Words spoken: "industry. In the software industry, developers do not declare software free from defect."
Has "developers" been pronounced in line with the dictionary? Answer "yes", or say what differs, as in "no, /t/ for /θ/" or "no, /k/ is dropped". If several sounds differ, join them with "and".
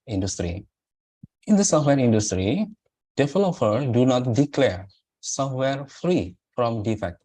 no, /z/ is dropped